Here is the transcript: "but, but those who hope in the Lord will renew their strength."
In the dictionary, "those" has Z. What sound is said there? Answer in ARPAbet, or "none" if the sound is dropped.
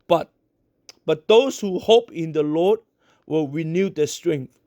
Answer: S